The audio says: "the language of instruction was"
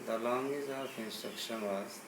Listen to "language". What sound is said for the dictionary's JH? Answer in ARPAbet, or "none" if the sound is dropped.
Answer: Z